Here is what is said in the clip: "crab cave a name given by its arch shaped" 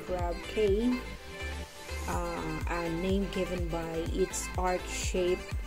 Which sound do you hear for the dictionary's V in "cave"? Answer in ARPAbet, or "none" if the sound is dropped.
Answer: none